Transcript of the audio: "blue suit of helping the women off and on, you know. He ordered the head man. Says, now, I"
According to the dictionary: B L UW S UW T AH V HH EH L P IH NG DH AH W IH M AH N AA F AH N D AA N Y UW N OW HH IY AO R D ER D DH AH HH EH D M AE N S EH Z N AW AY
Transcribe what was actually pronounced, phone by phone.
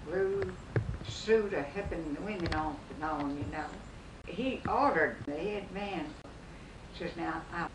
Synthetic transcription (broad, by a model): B L UW S UW T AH HH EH P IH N DH AH W IH M AH N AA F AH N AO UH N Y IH N OW HH IY AO R D ER D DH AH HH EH D M AE N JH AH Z N AW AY